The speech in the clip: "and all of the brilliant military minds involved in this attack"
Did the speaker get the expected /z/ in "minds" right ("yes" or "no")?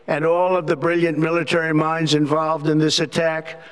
yes